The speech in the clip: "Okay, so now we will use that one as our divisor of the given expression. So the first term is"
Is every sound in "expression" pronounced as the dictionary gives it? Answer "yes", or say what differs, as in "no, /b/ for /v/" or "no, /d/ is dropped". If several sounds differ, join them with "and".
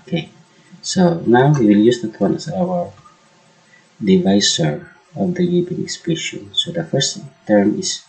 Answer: no, /ɹ/ is dropped